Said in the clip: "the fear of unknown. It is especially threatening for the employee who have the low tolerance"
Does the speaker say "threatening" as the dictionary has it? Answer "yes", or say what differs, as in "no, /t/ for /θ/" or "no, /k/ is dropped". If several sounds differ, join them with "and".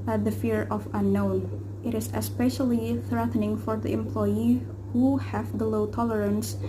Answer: yes